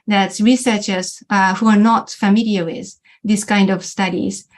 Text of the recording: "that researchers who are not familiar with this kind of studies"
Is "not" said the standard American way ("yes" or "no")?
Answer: yes